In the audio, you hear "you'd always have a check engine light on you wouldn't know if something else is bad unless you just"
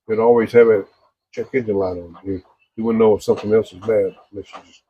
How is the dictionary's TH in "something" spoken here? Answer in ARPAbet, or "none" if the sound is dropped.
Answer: TH